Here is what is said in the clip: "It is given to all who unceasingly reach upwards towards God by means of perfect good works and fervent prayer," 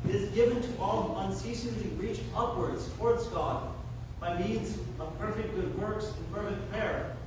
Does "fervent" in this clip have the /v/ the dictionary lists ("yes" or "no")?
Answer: no